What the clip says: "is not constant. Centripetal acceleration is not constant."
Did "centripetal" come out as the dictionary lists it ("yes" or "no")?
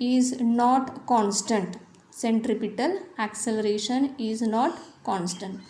yes